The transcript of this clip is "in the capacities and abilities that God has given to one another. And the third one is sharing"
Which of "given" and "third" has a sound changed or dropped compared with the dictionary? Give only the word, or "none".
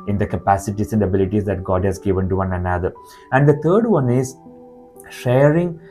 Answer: third